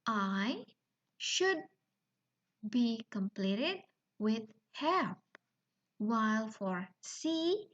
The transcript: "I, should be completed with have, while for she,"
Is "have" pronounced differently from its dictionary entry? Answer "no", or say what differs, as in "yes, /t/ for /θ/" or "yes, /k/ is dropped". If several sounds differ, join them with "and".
yes, /p/ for /v/